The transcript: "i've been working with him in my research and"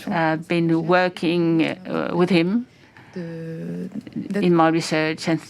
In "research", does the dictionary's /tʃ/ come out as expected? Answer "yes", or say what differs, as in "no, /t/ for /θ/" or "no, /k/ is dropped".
yes